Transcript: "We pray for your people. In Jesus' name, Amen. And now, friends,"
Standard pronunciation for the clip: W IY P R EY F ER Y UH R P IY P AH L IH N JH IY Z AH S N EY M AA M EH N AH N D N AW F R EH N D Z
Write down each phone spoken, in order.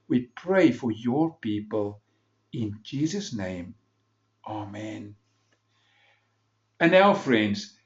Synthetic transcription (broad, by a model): W IY P R EY F ER Y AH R P IY P AH L IH N JH IY Z AH S N EY M AA M EH N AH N N AW F R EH N D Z